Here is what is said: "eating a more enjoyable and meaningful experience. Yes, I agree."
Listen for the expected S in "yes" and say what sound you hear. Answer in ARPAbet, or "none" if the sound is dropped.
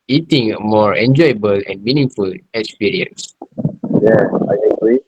none